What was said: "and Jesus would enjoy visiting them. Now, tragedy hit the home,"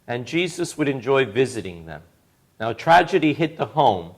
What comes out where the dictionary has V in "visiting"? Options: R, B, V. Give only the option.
V